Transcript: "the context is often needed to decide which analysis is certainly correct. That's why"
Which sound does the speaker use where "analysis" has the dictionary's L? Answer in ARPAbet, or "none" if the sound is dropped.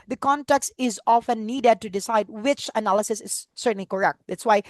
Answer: L